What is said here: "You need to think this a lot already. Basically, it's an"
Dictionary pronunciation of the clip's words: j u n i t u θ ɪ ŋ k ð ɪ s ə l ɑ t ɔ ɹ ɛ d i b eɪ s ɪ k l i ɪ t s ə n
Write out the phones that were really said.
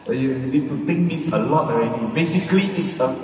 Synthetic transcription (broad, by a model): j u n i t u t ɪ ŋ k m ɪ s ə l ɑ t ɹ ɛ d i b eɪ s ɪ k l i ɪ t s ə